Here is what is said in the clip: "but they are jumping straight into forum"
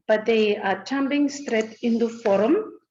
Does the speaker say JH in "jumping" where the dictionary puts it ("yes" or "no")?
no